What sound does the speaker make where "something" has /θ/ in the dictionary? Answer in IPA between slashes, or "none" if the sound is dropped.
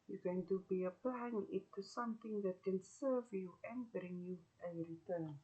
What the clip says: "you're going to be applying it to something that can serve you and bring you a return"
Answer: /t/